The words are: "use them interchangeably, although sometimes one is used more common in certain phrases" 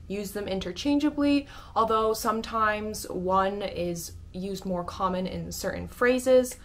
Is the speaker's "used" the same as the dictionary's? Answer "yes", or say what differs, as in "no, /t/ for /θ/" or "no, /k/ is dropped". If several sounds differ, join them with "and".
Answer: yes